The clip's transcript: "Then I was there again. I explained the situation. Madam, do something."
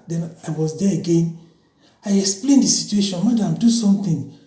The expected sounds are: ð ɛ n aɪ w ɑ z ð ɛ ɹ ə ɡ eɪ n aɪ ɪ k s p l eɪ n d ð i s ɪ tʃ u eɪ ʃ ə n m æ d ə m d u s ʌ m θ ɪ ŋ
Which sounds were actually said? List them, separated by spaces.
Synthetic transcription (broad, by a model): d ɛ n aɪ w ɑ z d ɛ ə ɡ eɪ n aɪ ɪ k s p l eɪ n d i s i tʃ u eɪ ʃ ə n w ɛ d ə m d u s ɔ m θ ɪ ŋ